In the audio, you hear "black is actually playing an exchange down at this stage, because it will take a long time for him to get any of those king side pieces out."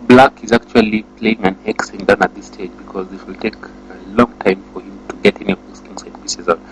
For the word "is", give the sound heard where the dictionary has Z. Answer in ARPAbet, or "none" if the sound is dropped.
Z